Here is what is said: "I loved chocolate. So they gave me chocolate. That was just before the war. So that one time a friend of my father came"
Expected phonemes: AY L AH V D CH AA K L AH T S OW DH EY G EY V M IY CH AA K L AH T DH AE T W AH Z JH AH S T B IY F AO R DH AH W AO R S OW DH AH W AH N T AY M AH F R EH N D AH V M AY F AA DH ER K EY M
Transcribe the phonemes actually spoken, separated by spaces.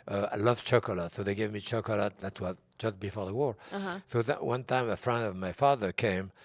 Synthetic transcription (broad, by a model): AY L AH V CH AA K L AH T S OW DH EY G EY V M IY CH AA K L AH T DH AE T W AH Z JH AH S T B IY F AO R DH AH W AO R S OW DH AH W AH N T AY M AH F R EH N D AH V M AY F AA DH ER K EY M